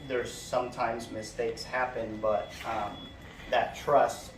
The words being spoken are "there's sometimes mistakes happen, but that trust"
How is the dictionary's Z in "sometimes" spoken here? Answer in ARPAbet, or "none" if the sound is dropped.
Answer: Z